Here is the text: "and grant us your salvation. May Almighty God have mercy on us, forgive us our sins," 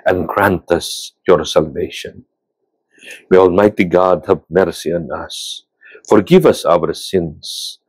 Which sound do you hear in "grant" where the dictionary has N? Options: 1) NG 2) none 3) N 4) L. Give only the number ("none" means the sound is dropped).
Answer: 3